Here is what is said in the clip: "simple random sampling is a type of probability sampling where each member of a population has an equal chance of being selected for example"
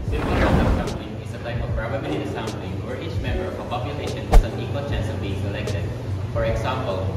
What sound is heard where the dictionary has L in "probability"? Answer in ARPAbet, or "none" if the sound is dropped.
N